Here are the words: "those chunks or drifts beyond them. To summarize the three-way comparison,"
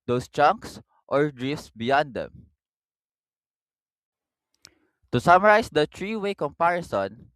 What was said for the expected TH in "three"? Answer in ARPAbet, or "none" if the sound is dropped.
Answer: T